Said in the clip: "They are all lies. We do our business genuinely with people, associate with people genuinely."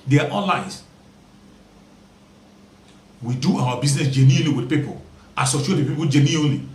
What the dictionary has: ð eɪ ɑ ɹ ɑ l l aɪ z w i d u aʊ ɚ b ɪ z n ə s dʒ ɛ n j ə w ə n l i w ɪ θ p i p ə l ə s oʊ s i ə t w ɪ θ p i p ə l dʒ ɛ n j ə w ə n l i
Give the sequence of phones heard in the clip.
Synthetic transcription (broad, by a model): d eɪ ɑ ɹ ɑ n l aɪ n w i d u aʊ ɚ b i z n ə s dʒ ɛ n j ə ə l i w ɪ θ p i p ə l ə s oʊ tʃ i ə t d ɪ p i p ə l dʒ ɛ n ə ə l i